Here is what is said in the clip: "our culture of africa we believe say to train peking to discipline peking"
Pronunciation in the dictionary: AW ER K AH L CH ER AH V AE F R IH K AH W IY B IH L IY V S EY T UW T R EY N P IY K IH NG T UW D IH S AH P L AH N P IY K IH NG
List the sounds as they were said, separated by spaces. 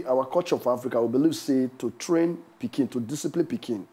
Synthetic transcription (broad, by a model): AW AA K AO CH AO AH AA F R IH K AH W IY B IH L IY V S EY T UW T R EY N P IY K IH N T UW D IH S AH P L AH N P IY K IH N